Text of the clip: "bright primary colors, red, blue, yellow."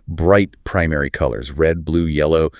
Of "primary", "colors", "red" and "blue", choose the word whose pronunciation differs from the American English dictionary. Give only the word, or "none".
none